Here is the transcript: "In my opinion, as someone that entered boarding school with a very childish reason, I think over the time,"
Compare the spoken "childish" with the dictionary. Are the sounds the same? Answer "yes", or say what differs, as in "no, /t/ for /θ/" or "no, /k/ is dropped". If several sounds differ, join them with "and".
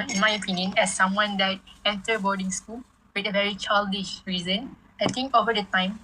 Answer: yes